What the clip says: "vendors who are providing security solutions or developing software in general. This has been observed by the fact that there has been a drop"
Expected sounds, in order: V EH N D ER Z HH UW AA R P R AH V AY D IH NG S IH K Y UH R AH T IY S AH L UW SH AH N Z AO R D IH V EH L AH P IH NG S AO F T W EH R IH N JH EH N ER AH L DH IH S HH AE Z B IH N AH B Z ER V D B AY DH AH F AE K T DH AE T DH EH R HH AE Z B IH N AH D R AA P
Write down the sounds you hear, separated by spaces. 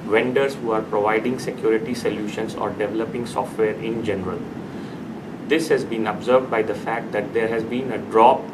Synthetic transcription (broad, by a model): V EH N D ER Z HH UW AA R P R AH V AY D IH NG S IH K Y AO R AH T IY S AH L UW SH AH N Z AO R D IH V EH L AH P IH NG S AO F T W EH R IH N JH EH N ER AH L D IH S HH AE Z B IH N AH B Z ER V D B AY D AH F AE K T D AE T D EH R HH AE Z B IH N AH D R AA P